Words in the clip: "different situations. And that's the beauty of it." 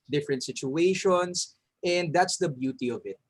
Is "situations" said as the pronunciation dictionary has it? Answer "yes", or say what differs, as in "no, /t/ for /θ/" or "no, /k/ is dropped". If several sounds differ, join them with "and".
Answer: no, /s/ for /z/